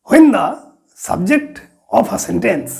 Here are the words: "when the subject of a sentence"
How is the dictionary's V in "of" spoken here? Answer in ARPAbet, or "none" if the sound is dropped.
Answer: P